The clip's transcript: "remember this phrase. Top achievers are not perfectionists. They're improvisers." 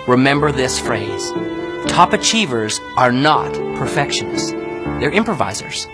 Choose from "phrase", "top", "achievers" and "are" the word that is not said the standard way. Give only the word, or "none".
none